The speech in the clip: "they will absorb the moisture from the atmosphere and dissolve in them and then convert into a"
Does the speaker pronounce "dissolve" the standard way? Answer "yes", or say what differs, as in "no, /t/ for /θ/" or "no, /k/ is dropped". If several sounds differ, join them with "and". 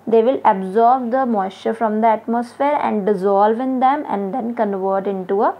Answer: yes